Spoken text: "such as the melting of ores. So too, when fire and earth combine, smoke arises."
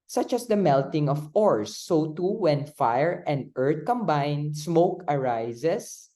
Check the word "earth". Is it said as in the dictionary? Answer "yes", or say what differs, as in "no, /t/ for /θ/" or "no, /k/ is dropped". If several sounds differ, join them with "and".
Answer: no, /t/ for /θ/